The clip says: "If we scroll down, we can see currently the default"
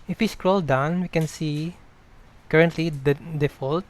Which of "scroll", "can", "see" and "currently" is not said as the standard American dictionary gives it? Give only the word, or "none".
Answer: none